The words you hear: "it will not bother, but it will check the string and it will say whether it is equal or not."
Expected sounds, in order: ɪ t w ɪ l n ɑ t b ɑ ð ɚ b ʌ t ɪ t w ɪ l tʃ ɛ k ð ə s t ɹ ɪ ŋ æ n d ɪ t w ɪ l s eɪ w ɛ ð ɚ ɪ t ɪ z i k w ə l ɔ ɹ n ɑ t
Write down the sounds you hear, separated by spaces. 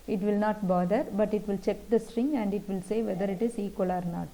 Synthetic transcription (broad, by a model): ɪ t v ɪ l n ɑ t b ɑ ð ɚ b ʌ t ɪ t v ɪ l tʃ ɛ k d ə s t ɹ ɪ ŋ æ n d ɪ t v ɪ l s eɪ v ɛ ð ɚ ɪ t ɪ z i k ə l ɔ ɹ n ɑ t